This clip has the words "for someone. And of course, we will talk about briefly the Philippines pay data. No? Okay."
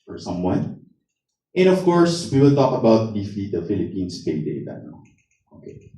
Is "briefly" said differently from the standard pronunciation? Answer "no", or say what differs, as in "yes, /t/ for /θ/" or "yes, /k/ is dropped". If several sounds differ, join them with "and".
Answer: yes, /l/ is dropped